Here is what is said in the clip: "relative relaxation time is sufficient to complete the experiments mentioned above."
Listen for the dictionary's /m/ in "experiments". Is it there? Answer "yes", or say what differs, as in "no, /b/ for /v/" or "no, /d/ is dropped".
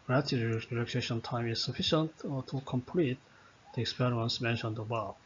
no, /m/ is dropped